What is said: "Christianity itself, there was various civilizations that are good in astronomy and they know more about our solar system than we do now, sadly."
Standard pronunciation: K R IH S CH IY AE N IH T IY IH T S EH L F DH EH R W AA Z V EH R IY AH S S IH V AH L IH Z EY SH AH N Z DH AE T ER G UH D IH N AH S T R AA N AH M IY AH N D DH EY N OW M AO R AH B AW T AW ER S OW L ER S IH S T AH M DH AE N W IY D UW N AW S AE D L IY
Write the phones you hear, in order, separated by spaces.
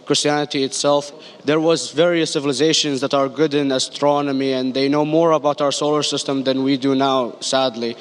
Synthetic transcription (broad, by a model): K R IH S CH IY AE N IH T IY IH T S EH L F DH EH R W AA Z V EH R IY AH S S IH V AH L IH Z EY SH AH N Z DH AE T ER G UH D IH N AH S T R AA N AH M IY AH N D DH EY N OW M AO R AH B AW T AW ER S OW L ER S IH S T AH M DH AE N W IY D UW N AW S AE D L IY